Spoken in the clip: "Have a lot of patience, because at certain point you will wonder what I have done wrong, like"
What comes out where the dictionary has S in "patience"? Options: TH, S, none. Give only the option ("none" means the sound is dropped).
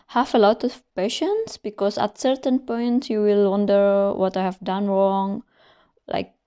S